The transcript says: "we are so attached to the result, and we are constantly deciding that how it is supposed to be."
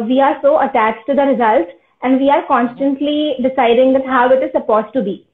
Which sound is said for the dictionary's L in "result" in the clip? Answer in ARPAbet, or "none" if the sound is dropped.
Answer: L